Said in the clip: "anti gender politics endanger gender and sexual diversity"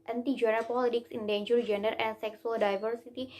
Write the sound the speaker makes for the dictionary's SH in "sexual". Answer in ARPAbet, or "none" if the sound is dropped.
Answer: S